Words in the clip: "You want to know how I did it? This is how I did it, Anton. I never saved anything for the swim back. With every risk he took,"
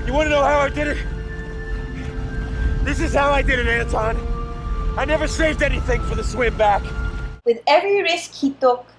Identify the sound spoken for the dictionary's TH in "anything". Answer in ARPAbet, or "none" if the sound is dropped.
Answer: TH